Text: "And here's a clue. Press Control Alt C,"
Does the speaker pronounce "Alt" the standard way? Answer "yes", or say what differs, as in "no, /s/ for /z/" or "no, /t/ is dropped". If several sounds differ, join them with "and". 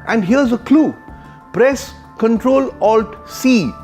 yes